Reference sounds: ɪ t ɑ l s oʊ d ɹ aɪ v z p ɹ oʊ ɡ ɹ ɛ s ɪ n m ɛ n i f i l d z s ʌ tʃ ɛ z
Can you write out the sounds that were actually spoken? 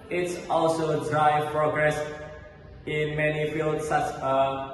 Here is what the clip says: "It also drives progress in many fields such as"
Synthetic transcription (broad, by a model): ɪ t ɑ l s oʊ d ɹ aɪ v p ɹ oʊ ɡ ɹ ɛ s ɪ n m ɛ n i f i l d s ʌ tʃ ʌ